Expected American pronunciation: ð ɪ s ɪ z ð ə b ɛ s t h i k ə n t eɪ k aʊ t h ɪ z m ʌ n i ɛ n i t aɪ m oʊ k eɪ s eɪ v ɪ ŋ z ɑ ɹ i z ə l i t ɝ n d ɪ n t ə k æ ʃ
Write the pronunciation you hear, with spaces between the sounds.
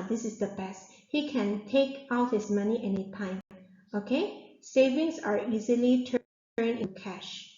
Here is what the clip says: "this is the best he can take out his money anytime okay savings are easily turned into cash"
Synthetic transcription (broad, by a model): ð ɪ s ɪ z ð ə b ɛ s t h i k ə n t eɪ k aʊ t h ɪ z m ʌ n i ɛ n i t aɪ m oʊ k eɪ s eɪ v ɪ ŋ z ɑ ɹ i z ə l i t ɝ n ɪ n k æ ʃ